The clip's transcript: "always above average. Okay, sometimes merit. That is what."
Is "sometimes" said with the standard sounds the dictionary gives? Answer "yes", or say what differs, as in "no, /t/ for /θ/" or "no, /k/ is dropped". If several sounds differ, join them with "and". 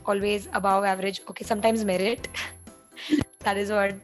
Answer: yes